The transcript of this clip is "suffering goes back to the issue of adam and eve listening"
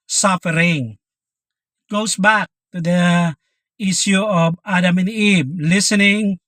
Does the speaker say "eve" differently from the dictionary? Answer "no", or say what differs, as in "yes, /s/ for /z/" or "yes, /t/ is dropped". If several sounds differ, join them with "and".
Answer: yes, /b/ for /v/